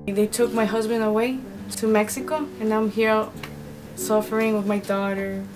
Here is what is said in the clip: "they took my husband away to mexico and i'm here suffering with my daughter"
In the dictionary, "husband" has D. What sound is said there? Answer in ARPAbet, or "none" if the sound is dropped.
D